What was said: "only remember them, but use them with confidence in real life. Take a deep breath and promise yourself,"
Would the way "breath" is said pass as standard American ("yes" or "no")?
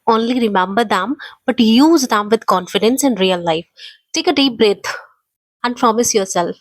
no